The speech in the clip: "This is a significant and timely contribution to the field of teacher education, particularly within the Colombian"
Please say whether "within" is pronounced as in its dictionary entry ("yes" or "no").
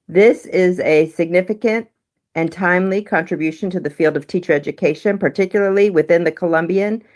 yes